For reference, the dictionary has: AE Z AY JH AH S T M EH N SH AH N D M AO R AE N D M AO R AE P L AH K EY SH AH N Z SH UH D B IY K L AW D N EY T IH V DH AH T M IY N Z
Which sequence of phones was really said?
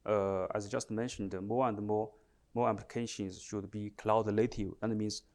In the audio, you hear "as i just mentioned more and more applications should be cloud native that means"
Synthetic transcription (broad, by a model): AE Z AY JH AH S T M EH N SH AH N D M AO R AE N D M AO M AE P L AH K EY SH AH N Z SH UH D B IY K L AW D L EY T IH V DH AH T M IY N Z